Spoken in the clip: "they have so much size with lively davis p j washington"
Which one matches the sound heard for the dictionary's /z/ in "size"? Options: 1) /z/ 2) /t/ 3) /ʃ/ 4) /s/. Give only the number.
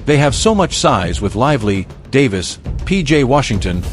1